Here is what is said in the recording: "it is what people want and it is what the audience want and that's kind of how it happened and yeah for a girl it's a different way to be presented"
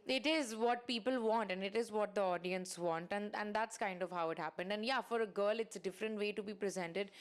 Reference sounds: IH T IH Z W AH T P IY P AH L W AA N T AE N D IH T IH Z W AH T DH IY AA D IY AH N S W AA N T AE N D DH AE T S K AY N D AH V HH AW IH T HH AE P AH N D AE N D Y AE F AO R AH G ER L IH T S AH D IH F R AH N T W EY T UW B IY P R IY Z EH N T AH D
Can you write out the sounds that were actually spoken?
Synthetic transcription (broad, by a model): IH T IH Z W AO T P IY P AH L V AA N T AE N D IH T IH Z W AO T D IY AA D IY AH N S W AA N T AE N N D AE T S K AY N D AH V HH AW IH T HH AE P AH N D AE N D Y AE F AO R AH G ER L IH T S AH D IH F R AH N T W EY T UW B IY P R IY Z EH N T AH D